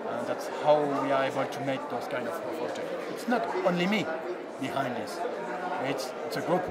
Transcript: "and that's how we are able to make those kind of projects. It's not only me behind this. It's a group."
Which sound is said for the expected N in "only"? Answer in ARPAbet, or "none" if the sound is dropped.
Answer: N